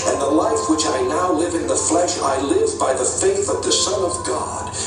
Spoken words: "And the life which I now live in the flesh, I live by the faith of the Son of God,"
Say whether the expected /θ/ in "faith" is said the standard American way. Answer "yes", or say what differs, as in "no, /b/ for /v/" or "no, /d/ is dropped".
yes